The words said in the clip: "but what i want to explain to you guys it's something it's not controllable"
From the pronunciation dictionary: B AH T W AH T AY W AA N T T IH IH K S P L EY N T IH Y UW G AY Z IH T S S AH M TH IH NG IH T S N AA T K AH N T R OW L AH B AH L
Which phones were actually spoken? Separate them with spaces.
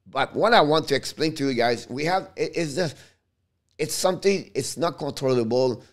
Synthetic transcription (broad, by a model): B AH T W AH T AY W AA N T T IH IH K S P L EY N T IH Y UW G AY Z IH T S S AH M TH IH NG IH T S N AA T K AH N T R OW L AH B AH L